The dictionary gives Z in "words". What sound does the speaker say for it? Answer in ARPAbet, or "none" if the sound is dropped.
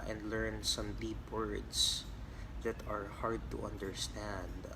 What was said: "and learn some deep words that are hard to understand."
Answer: S